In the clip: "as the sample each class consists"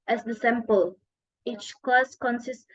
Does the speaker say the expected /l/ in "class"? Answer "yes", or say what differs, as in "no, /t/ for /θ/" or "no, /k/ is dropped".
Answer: no, /l/ is dropped